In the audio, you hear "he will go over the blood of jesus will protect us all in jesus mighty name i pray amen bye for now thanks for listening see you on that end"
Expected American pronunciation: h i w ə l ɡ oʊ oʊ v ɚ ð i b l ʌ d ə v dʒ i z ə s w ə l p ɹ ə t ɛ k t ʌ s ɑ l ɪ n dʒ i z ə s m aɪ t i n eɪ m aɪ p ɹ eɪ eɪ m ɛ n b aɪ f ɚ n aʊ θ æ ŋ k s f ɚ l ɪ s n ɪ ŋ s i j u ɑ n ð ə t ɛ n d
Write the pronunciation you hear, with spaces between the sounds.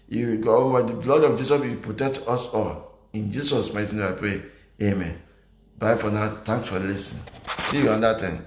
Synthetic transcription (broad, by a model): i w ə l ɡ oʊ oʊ w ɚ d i b l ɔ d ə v dʒ i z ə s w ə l p ɹ ə t ɛ k t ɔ s ɑ l ɪ n dʒ i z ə s m aɪ t i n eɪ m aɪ p ɹ eɪ eɪ m ɛ n b aɪ f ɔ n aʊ t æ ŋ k s f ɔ l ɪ s ɪ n s i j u ɑ n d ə t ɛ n